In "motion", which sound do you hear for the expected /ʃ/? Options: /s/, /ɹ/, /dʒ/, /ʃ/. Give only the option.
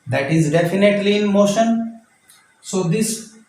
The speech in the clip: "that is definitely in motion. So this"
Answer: /ʃ/